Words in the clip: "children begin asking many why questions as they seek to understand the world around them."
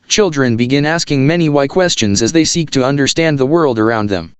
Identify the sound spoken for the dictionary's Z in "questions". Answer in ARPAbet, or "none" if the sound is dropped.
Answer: Z